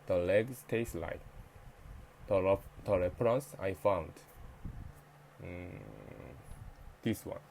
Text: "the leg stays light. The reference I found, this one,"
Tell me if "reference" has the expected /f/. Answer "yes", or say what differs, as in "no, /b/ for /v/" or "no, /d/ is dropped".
no, /p/ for /f/